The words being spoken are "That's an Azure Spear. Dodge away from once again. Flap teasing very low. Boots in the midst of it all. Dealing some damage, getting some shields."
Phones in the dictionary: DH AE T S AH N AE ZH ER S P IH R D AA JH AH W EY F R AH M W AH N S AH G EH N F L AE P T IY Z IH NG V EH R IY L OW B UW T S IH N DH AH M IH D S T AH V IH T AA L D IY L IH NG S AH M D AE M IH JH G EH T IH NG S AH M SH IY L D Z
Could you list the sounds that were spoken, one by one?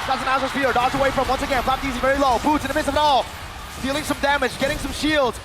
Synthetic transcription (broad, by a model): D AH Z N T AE Z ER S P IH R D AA Z AH W EY F R AH M W AH N S AH G EH N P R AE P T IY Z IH V EH R IY L OW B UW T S IH N DH AH M IH D S T AH V IH T AA L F IY L IH NG S AH M D AE M IH JH G EH T IH NG S AH M SH IY L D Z